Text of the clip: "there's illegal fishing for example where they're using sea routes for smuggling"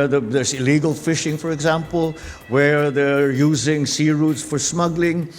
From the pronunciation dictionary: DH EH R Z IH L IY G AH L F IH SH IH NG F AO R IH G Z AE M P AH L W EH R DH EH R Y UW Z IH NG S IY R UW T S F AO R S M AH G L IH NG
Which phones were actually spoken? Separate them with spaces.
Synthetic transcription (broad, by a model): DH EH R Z IH L IY G AH L F IH SH IH NG F AO R IH G Z AE M P AH L W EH R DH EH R Y UW Z IH NG S IY R UW T S F AO R S M AH G L IH NG